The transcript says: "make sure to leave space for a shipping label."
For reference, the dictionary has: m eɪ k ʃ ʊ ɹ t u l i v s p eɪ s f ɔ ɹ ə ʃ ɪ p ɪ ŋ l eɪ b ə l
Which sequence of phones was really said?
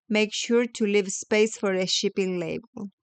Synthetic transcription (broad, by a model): m eɪ k ʃ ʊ ɹ t u l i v s p eɪ s f ɔ ɹ ə ʃ ɪ p ɪ ŋ l eɪ b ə l